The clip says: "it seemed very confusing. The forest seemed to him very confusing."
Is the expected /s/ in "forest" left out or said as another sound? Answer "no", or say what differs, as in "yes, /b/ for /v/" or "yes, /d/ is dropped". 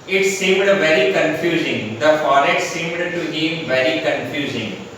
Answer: yes, /s/ is dropped